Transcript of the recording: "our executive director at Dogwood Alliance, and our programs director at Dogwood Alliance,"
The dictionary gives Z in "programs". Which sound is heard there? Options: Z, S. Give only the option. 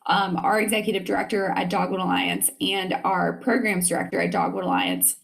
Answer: Z